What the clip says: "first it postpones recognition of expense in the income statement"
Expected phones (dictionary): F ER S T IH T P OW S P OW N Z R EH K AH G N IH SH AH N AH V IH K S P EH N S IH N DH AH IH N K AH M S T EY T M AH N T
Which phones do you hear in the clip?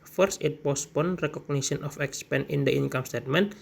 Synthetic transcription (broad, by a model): F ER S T IH T P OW S P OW N R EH K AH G N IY S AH N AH F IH K S P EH N IH N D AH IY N K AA M S T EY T M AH N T